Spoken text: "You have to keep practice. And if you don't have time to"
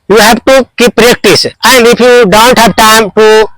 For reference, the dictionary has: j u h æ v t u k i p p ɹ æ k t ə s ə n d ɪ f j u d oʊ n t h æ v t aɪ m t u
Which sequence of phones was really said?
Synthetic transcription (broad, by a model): j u h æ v t u k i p p ɹ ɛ k t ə s ə n d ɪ p j u d oʊ n t h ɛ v t aɪ m t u